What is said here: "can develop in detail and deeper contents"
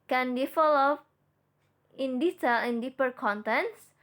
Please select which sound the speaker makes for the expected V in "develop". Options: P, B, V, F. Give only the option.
F